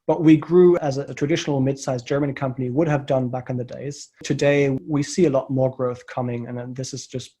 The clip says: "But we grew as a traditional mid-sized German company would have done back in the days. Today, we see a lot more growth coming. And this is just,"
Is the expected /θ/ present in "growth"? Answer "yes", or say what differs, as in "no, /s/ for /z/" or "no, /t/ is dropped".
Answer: yes